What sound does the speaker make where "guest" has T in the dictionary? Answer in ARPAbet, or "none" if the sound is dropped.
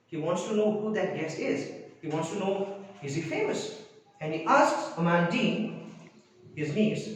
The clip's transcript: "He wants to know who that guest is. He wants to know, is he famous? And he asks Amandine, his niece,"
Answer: none